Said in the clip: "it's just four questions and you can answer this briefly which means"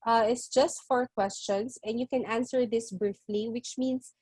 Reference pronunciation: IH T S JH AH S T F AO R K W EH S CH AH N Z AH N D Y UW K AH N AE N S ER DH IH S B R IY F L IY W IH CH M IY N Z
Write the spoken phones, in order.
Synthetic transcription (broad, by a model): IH T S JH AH S T F AO R K W EH S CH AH N S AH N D Y UW K AH N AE N S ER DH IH S B R IY F L IY W IH CH M IY N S